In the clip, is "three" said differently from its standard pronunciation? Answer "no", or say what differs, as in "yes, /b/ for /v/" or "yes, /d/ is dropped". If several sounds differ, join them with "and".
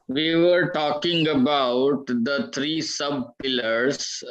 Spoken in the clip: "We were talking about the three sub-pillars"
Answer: yes, /t/ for /θ/